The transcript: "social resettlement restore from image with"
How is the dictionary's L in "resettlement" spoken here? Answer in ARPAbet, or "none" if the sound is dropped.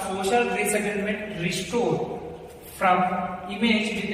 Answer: N